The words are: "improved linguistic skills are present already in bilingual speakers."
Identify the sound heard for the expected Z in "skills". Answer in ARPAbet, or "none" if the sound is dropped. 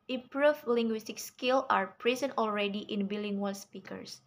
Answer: none